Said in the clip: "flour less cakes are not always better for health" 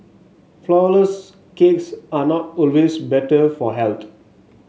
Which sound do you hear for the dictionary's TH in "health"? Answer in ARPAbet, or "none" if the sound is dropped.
T